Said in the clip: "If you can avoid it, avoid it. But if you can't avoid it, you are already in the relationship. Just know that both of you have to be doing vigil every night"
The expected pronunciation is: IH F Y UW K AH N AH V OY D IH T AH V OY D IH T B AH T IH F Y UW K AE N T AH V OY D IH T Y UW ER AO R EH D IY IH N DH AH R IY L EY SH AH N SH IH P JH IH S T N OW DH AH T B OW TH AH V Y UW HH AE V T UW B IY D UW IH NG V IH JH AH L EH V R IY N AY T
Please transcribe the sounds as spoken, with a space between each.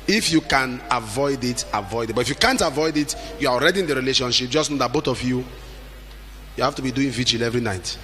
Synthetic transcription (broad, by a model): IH F Y UW K AH N AH V OY D IH T AH V OY D IH T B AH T IH F Y UW K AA N T AH V OY D IH T Y UW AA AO R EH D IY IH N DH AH R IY L EY SH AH N SH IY P JH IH S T N OW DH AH T B OW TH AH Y Y UW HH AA F T UW B IY D UW IH NG V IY JH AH L EH V R IY N AY T